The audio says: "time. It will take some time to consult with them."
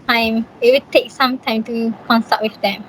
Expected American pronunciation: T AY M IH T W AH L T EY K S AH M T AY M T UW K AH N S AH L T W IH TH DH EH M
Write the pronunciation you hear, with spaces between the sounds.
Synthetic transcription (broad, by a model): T AY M IH T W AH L T EY K S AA M T AY M T UW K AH N S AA T W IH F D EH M